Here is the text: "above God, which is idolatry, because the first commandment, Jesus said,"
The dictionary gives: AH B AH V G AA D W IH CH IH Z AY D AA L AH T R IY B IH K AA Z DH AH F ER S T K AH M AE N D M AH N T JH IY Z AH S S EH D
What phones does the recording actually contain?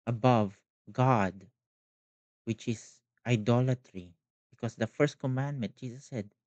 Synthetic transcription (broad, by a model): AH B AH V G AA D W IH CH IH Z AY D AA L AH T R IY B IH K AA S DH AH F ER S T K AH M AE N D M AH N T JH IY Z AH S S EH D